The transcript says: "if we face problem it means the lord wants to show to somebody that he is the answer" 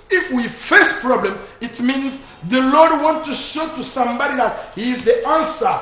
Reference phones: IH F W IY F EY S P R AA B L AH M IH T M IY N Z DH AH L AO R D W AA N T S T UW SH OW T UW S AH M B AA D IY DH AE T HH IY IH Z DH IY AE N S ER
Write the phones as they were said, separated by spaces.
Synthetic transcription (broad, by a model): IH F W IY F EY S P R AA B L AH M IH T M IY N Z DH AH L AO R D W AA N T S T UW SH OW T UW S AH M B AA D IY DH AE T HH IY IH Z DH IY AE N S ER